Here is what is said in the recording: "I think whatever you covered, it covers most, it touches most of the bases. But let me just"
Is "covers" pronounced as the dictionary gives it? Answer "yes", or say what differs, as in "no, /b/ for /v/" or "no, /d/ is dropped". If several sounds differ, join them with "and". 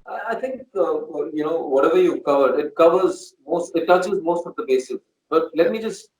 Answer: yes